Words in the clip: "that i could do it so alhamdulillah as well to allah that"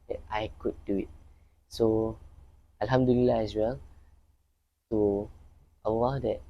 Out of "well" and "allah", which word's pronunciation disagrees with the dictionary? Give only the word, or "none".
allah